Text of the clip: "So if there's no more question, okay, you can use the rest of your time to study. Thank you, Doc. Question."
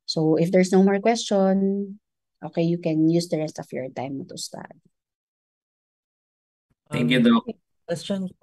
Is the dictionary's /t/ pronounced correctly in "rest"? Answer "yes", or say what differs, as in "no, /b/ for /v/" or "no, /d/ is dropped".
yes